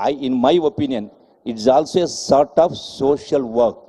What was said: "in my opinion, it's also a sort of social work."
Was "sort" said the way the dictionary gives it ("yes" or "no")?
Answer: yes